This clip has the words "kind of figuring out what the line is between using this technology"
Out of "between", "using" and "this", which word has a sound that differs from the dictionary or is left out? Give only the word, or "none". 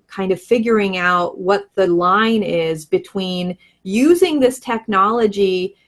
none